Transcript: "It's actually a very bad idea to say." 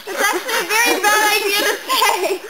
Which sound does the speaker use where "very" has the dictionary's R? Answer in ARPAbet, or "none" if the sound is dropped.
R